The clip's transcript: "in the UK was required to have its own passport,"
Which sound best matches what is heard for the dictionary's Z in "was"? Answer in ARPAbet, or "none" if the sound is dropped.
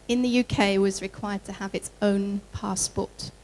Z